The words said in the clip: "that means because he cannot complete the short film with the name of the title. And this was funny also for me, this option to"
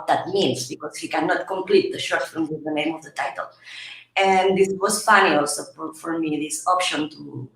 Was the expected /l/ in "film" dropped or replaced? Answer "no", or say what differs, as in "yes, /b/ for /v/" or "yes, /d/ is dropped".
yes, /l/ is dropped